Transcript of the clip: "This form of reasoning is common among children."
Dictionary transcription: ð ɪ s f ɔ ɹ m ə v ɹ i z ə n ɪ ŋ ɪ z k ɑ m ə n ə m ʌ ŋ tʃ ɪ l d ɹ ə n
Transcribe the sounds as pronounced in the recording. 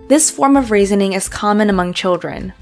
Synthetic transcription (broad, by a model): ð ɪ s f ɔ ɹ m ə v ɹ i z ə n ɪ ŋ ɪ z k ɑ m ə n ə m ʌ ŋ tʃ ɪ l d ɹ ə n